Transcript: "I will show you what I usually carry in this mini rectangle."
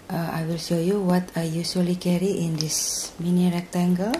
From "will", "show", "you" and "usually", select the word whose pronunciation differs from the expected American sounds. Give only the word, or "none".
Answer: usually